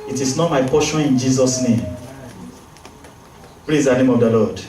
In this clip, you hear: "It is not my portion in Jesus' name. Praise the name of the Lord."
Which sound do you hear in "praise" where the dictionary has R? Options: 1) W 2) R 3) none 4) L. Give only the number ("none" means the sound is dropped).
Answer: 4